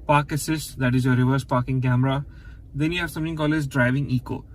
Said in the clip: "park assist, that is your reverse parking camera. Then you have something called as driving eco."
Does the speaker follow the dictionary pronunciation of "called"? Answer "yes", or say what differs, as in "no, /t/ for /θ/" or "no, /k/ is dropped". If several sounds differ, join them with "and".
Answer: no, /d/ is dropped